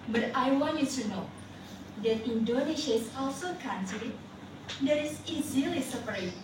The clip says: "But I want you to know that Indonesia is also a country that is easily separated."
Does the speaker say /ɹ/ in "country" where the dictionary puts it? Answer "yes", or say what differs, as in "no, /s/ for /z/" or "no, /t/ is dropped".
no, /ɹ/ is dropped